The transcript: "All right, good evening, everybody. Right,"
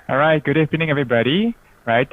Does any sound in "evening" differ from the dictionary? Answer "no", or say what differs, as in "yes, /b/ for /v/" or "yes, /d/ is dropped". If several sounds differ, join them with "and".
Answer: yes, /p/ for /v/